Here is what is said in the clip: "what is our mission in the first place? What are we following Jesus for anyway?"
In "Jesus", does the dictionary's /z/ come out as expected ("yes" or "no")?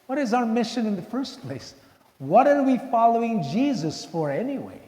yes